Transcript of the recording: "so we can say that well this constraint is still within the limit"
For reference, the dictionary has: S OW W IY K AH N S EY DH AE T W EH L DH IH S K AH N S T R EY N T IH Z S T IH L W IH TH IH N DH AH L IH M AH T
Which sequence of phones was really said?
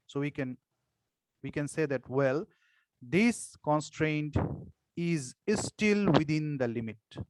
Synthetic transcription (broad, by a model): S OW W IY K AH N S EY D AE T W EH L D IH S K AH N S T R EY N T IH Z S T IH L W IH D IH N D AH L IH M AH T